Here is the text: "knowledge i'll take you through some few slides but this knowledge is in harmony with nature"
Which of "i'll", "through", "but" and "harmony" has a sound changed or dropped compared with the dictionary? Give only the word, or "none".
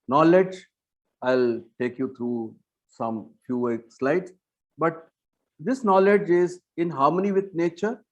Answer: through